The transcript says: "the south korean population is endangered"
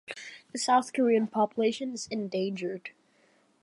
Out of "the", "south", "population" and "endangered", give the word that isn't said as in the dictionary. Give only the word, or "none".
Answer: none